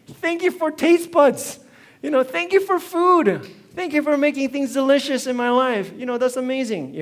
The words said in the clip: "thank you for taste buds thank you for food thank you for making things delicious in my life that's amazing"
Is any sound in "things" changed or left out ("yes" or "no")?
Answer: no